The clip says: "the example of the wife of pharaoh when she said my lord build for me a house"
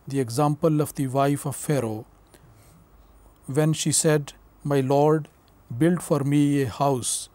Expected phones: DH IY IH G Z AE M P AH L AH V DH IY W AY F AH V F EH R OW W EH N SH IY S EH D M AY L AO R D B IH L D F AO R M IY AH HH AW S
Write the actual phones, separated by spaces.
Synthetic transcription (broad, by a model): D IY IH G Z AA M P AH L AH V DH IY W AY F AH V F EH R OW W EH N SH IY S EH D M AY L AO R D B IH L D F AO R M IY AH HH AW S